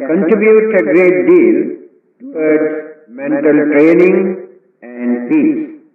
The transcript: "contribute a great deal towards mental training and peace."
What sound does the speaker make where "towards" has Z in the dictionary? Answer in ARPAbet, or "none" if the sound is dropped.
none